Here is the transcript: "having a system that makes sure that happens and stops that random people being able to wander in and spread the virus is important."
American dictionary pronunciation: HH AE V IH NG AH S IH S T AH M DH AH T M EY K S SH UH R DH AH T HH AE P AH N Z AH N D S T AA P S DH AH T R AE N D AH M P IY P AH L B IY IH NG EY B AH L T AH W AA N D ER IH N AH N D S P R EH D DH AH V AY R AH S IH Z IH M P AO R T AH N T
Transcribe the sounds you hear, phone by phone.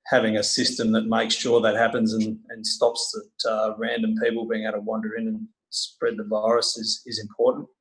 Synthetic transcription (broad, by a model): HH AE V IH NG AH S IH S T AH M DH AH T M EY K S SH UH R DH AH T HH AE P AH N Z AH N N S T AA P S DH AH T R AE N D AH M P IY P L B IY IH NG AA AH T AH W AA N D ER IH N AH N S P R EH D DH AH V AY R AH S IH Z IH M P AO R T N T